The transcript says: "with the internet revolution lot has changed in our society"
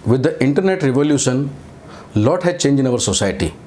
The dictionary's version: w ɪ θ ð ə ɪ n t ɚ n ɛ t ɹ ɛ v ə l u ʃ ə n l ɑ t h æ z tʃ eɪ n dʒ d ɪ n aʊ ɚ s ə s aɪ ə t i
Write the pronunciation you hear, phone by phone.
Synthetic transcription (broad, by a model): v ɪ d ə ɪ n t ɚ n ɛ t ɹ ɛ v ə l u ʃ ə n l ɑ t h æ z tʃ eɪ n dʒ ɪ n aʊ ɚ s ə s aɪ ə t i